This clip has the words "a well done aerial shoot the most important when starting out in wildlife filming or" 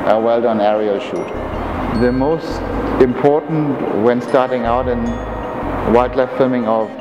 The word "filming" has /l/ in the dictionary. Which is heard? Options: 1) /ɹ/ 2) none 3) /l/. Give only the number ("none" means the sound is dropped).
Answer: 2